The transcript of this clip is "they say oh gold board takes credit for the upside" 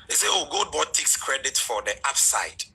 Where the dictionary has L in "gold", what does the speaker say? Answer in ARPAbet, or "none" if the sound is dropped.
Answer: none